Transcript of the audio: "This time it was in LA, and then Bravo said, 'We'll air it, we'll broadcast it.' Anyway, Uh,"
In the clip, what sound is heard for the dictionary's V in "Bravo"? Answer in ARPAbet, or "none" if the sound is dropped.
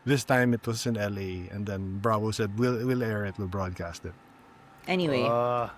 W